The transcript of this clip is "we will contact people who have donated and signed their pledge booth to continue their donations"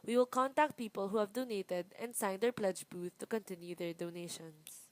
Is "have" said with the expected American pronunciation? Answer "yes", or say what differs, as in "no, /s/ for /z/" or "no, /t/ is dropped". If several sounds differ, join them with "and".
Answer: yes